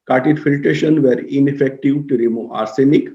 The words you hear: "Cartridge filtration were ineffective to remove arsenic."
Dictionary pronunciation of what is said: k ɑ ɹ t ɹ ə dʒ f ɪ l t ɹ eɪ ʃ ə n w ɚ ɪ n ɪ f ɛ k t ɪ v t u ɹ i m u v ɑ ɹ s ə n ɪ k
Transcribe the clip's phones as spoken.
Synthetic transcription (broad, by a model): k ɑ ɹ t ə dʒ f ɪ l t ɹ eɪ ʃ ə n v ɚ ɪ n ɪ f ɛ k t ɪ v t u ɹ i m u ɑ ɹ s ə n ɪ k